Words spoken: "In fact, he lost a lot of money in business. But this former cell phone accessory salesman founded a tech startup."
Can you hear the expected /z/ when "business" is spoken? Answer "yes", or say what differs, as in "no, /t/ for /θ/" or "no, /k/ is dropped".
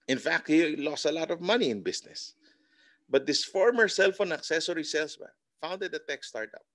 no, /s/ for /z/